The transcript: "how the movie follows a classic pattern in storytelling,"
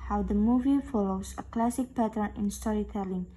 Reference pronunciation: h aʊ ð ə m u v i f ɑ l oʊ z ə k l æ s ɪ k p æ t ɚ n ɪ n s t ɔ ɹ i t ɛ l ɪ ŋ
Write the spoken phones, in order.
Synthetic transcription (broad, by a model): h aʊ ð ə m u v i f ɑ l oʊ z ə k l æ s ɪ k p æ t ɚ n ɪ n s t ɔ ɹ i t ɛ l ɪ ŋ